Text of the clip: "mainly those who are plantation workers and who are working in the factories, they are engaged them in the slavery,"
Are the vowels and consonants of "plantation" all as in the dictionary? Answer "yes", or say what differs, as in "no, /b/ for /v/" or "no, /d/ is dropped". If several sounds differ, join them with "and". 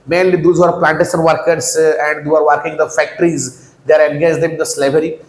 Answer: no, /s/ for /ʃ/